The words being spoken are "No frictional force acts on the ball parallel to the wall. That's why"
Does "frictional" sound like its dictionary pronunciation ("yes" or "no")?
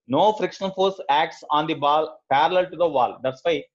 yes